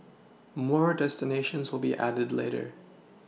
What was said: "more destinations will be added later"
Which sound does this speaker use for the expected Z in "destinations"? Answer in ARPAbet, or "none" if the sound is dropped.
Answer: Z